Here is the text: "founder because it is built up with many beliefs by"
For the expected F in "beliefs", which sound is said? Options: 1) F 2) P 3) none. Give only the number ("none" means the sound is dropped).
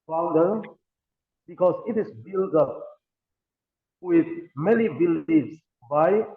3